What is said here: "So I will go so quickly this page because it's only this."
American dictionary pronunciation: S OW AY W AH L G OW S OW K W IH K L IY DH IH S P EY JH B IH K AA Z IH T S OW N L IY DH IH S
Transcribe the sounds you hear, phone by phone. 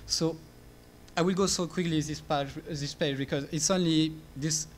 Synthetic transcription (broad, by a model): S OW AY W AH L G OW S OW K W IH K L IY DH IH S P EY JH B IH K AA Z IH T S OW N L IY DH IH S